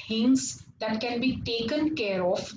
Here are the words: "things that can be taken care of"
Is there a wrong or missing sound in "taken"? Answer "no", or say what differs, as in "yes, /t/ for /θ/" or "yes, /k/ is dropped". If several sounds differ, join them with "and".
no